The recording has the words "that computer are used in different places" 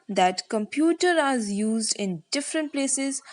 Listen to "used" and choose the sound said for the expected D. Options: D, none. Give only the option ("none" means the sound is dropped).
D